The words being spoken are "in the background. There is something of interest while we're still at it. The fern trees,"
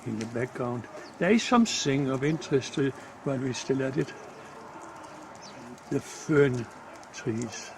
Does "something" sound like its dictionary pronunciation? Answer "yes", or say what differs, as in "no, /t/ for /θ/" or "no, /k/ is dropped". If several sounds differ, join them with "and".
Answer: no, /s/ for /θ/